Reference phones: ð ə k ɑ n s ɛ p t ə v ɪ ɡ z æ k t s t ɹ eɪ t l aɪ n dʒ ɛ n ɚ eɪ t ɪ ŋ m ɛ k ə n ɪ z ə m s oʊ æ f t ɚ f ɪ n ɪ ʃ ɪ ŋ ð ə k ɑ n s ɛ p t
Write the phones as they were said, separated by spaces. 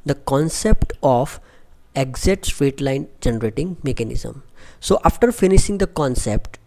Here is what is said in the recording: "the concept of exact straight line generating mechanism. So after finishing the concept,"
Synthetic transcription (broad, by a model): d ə k ɑ n s ɛ p t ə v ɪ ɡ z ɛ t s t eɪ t l aɪ n dʒ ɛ n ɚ eɪ t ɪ ŋ m ɛ k ə n ɪ z ə m s oʊ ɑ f t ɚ f ɪ n ɪ ʃ ɪ ŋ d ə k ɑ n s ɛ p t